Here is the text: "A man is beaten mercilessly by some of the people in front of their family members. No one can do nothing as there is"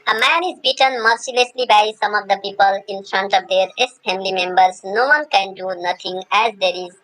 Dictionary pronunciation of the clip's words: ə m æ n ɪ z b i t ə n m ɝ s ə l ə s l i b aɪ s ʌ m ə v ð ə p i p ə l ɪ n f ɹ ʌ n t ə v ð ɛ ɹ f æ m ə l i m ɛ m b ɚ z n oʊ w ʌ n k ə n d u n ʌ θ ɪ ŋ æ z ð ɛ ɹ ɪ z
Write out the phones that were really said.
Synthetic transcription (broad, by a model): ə m æ n ɪ z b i t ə n m ɝ s ə l ə s l i b aɪ s ʌ m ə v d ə p i p ə l ɪ n f ɹ ʌ n t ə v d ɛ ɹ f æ m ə l i m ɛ m b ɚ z n oʊ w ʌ n k ə n d u n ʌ t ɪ ŋ æ z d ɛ ɹ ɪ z